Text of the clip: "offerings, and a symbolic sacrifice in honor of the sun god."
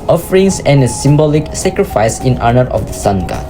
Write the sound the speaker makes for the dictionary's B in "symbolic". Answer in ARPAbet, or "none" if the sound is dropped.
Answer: B